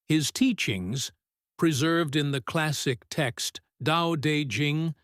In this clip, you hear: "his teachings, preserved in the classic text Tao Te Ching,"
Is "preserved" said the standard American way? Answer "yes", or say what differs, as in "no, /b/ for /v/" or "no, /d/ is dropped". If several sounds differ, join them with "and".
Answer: yes